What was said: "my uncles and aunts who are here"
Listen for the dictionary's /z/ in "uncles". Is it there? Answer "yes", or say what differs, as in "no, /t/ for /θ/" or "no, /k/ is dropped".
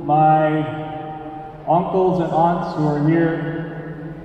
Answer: yes